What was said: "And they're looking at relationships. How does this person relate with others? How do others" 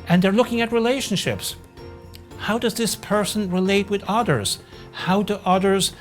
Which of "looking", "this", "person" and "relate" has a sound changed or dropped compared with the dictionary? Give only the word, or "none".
none